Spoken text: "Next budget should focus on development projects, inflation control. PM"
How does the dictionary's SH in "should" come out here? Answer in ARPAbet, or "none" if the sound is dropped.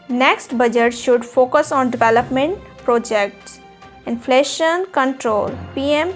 SH